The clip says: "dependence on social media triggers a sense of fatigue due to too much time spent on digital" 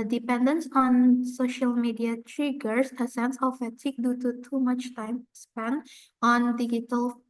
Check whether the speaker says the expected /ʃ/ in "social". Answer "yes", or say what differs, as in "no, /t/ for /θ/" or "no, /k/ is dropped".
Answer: yes